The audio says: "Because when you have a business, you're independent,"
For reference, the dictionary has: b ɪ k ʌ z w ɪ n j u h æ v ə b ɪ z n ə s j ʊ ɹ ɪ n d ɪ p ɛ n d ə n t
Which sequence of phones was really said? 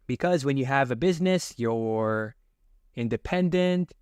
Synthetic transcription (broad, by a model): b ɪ k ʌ z w ɪ n j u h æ v ə b ɪ z n ə s j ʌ ɹ ɪ n d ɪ p ɛ n d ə n t